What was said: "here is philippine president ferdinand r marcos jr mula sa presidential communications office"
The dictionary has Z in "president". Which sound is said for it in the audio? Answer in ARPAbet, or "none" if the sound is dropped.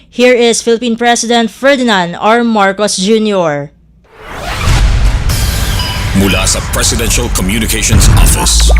S